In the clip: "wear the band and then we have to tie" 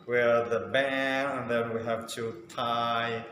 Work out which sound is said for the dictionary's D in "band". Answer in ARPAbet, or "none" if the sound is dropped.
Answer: none